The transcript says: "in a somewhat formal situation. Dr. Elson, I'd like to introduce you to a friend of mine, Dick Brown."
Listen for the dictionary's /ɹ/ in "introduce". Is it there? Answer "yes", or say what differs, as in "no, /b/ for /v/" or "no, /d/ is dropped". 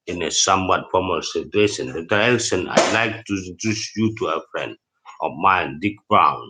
no, /ɹ/ is dropped